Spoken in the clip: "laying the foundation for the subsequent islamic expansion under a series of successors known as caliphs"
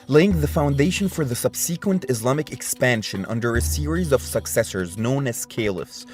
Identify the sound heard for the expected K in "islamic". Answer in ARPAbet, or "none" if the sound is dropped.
K